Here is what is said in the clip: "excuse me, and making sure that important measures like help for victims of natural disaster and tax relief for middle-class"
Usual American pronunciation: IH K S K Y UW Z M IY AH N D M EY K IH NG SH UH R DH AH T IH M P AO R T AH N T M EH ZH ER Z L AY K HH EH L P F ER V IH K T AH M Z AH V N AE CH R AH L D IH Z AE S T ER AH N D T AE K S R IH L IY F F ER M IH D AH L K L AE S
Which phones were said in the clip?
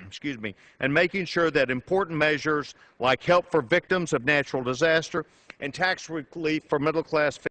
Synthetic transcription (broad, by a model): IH K S K Y UW Z M IY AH N M EY K IH NG SH UH R DH AH T IH M P AO R T N M EH ZH ER Z L AY K HH EH L P F ER V IH K T AH M Z AH V N AE CH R L D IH Z AE S T ER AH N T AE K S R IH L IY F F ER M IH D L K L AE S